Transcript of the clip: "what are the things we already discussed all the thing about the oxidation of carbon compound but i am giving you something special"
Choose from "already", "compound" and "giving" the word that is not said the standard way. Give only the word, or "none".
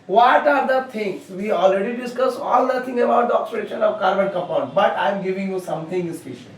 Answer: compound